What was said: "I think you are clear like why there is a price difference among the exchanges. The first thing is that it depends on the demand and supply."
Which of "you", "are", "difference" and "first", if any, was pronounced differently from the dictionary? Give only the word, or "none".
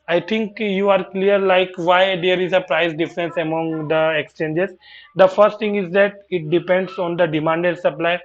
none